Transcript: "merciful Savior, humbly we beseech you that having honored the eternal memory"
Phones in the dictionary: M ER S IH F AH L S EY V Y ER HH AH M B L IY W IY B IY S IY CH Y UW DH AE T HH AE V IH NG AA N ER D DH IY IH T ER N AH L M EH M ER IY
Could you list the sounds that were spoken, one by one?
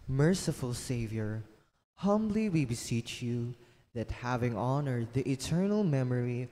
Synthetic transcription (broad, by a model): M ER S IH F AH L S EY V Y ER HH AH M B L IY W IY B IY S IY CH Y UW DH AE T HH AE V IH NG AA N ER D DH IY IH T ER N AH L M EH M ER IY